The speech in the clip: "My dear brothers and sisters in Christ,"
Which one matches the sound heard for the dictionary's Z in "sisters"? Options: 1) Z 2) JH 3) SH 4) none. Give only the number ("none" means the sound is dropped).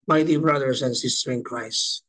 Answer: 4